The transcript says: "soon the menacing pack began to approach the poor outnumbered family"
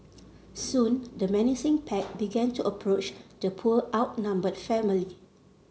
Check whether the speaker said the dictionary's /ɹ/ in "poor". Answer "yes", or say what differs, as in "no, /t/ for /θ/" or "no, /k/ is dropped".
no, /l/ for /ɹ/